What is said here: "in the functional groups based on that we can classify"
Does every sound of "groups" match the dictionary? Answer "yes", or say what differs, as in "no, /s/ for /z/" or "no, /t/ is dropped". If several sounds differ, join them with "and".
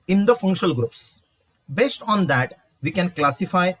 yes